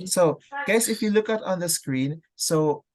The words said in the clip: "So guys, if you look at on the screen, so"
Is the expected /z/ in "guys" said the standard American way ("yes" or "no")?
no